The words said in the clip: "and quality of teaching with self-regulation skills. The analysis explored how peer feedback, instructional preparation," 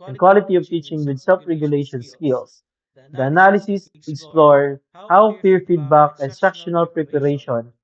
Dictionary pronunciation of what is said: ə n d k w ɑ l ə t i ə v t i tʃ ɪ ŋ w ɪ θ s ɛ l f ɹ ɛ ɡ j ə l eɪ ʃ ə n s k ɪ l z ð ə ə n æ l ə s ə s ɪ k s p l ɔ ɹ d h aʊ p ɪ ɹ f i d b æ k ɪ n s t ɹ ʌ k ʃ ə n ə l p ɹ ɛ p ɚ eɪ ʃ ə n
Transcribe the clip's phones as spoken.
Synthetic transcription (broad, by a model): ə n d k w ɑ l ə t i ə v t i tʃ ɪ ŋ w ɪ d s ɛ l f ɹ ɛ ɡ j ə l eɪ ʃ ə n s k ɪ l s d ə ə n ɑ l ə s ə s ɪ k s p l ɔ ɹ h aʊ f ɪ ɹ f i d b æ k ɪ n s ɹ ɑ k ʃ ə n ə l p ɹ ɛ p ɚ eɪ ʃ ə n